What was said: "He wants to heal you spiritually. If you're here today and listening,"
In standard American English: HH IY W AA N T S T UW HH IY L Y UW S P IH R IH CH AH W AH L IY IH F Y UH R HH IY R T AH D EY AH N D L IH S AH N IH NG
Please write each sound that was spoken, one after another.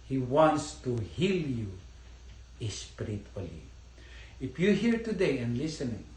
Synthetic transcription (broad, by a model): HH IY W AA N T S T UW HH IY L Y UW S P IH R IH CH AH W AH L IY IH F Y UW HH IY R T AH D EY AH N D L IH S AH N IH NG